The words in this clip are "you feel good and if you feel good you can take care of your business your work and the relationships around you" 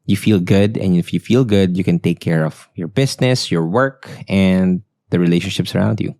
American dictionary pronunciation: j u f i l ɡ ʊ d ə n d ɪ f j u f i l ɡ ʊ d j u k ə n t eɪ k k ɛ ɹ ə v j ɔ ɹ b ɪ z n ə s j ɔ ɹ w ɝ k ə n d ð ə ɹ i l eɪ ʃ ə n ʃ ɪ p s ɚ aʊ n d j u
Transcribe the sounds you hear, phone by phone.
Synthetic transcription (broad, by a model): j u f i l ɡ ʊ d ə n ɪ f j u f i l ɡ ʊ d j u k ə n t eɪ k k ɛ ɹ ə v j ɔ ɹ b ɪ s n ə s j ɔ ɹ w ɝ k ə n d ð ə ɹ i l eɪ ʃ ə n ʃ ɪ p s ɚ aʊ n d j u